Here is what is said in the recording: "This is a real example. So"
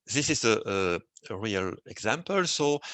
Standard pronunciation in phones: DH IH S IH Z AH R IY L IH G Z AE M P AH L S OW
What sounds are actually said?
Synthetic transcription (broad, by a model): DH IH S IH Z AH R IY L IH G Z AE M P AH L S OW